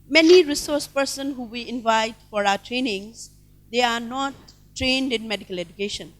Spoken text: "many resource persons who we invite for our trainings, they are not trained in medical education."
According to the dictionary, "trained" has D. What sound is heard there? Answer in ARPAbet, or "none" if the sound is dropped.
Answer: D